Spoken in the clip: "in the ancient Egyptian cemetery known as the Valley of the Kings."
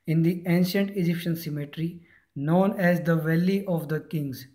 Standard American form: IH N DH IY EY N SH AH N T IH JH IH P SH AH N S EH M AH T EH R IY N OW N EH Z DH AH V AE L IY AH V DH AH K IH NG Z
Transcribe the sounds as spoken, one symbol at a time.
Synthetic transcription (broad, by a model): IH N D IY EY N SH AH N T IH JH IH P SH AH N S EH M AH T R IY N OW N EH Z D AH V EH L IY AH V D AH K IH NG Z